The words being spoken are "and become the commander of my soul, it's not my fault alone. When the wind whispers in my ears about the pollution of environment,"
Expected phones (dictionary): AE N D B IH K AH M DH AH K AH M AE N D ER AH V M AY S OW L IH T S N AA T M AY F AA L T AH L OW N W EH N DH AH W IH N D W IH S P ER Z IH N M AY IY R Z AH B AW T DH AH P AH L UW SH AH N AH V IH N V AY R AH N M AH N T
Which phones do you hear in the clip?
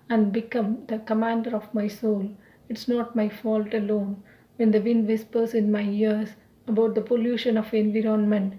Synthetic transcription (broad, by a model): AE N D B IH K AH M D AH K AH M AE N D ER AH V M AY S OW L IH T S N AA T M AY F AA L T AH L OW N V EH N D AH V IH N D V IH S P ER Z IH N M AY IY R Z AH B AW T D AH P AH L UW SH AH N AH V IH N V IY R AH N M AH N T